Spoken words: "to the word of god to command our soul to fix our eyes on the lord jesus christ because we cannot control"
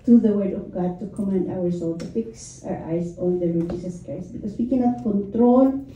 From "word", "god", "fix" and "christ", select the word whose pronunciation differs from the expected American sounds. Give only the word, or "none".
christ